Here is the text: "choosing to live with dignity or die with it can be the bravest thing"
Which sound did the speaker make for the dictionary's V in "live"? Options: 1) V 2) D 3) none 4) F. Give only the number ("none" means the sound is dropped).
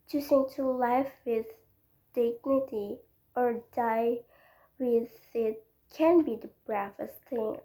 4